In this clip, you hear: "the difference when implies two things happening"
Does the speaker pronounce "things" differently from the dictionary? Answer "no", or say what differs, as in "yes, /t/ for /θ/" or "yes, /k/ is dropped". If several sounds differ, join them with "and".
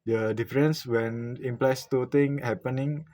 yes, /t/ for /θ/ and /z/ is dropped